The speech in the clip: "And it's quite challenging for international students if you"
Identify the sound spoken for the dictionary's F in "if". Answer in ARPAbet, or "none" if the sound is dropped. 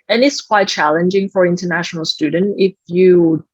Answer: F